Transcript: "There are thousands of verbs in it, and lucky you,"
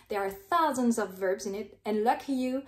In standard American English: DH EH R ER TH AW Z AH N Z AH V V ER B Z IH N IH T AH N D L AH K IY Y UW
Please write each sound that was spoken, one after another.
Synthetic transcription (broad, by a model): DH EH R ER TH AW Z AH N Z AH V V ER B Z IH N IH T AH N L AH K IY Y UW